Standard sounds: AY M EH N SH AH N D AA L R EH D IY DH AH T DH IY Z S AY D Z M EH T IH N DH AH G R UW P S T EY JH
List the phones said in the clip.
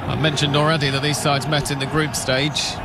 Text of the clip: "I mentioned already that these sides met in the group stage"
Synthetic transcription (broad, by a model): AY M EH N SH AH N D AA L R EH D IY DH AH T DH IY Z S AY D Z M EH T IH N DH AH G R UW P S T EY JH